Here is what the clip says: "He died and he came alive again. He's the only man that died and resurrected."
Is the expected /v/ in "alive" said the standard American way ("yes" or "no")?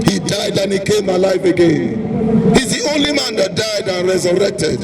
no